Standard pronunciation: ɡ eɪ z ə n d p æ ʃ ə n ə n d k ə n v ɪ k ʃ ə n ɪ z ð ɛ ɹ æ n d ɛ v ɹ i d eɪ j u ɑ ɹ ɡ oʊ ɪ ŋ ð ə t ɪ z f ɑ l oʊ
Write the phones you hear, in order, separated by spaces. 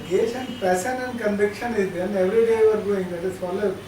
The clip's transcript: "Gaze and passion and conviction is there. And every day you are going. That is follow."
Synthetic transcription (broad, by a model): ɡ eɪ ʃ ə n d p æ s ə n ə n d k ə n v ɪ k ʃ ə n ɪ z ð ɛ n ɛ v ɹ i d eɪ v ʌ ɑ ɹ ɡ oʊ ɪ ŋ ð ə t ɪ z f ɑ l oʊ